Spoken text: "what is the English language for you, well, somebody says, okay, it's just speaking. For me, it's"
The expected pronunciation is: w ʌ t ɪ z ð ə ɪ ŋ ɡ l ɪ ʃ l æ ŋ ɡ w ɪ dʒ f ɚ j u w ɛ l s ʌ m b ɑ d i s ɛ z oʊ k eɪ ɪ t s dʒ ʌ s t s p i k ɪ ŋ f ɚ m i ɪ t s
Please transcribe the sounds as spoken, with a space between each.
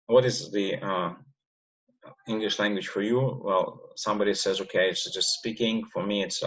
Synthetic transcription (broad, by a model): w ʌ t ɪ z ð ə ɪ ŋ ɡ l ɪ ʃ l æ ŋ ɡ w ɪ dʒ f ɚ j u w ɛ l s ʌ m b ɑ d i s ɛ z oʊ k eɪ ɪ t s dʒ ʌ s t s p i k ɪ ŋ f ɚ m i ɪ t s